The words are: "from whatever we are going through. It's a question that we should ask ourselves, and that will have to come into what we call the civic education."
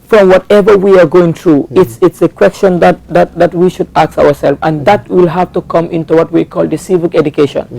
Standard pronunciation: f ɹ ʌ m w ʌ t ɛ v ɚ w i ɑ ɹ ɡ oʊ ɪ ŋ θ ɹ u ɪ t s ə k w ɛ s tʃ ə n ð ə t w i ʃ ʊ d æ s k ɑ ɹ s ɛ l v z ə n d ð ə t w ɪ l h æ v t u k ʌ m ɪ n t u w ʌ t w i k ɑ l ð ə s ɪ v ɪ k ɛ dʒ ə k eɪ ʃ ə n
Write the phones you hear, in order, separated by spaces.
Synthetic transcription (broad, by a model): f ɹ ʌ m w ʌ t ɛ v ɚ w i ɑ ɹ ɡ oʊ ɪ ŋ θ ɹ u ɪ t s ə k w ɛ s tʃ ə n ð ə t w i ʃ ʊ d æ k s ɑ ɹ s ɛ l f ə n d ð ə t w ɪ l h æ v t u k ʌ m ɪ n t u w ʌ t w i k ɑ l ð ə s ɪ v ɪ k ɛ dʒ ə k eɪ ʃ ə n